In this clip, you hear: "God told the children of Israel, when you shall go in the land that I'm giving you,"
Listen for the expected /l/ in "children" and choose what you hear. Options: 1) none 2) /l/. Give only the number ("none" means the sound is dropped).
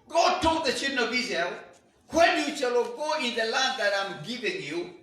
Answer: 1